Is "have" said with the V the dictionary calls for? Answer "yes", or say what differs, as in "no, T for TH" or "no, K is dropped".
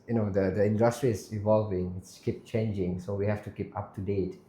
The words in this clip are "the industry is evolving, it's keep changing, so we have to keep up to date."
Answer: no, F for V